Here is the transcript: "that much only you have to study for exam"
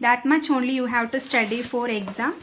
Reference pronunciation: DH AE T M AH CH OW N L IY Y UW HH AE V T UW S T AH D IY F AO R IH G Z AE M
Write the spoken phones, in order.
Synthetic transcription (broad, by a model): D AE T M AH CH OW N L IY Y UW HH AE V T UW S T AH D IY F AO R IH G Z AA M